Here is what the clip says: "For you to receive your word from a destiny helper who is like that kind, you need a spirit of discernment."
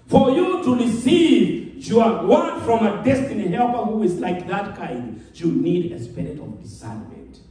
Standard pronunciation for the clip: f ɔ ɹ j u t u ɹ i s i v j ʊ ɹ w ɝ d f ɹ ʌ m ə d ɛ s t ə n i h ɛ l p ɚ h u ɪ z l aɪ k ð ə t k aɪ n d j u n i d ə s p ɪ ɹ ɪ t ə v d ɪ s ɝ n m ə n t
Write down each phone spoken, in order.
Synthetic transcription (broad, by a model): f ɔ ɹ j u t u ɹ i s i v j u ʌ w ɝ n f ɹ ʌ m ə d ɛ s t ə n i h ɛ l p ɚ h u ɪ z l aɪ k ð ə t k aɪ n d j u n i d ə s p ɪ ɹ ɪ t ə v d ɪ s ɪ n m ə n t